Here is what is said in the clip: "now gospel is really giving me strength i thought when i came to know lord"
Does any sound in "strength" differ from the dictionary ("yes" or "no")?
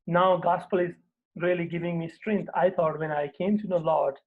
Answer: yes